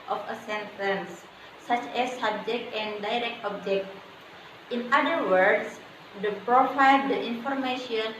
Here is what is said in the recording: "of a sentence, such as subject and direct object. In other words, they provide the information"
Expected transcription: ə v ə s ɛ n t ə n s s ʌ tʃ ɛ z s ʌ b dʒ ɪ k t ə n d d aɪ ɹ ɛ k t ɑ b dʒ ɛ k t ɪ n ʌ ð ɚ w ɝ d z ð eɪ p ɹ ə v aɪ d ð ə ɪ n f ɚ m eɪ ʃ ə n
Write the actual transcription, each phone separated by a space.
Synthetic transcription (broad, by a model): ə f ə s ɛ n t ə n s s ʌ tʃ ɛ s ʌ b dʒ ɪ k t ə n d d aɪ ɹ ɛ k t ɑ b dʒ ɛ k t ɪ n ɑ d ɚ w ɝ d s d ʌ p ɹ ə f aɪ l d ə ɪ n f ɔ m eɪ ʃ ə n